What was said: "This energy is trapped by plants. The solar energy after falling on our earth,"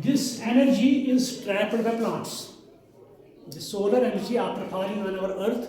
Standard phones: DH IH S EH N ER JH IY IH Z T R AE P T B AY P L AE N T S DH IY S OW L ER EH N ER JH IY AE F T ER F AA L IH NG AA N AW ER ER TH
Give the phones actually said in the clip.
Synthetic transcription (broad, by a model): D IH S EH N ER JH IY IH Z T R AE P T B AY P L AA N T S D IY S OW L ER EH N ER JH IY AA P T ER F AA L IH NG AA N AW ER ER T